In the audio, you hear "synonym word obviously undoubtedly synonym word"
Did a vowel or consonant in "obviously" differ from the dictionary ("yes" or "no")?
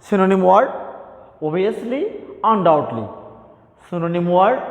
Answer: yes